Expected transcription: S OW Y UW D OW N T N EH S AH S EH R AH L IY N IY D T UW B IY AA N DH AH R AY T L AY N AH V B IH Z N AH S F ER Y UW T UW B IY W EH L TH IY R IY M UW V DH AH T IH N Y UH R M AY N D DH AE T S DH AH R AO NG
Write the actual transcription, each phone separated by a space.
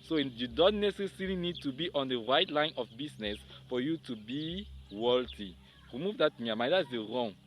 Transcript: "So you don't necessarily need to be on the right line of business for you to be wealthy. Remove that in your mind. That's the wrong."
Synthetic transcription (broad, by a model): S OW Y UW D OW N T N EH S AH S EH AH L IY N IY D T UW B IY AA N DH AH R AY T L AY N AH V B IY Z N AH S F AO Y UW T UW B IY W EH L T IY R IY M UW V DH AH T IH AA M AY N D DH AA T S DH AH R AO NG